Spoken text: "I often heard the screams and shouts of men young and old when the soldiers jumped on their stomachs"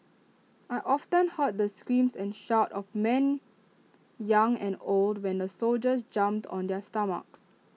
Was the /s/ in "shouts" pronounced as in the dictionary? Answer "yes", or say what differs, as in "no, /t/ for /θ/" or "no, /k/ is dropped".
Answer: no, /s/ is dropped